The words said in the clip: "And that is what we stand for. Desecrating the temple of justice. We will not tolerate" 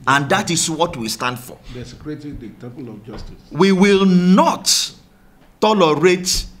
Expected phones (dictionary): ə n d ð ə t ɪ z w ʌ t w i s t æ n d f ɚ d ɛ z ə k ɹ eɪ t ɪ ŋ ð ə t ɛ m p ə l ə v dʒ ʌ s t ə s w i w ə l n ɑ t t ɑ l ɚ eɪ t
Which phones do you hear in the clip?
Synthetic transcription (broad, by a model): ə n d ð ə t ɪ s w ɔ t w i s t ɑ n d f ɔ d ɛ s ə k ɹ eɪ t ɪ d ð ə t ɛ p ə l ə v dʒ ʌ s t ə s w i w ə l n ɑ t t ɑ l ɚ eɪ t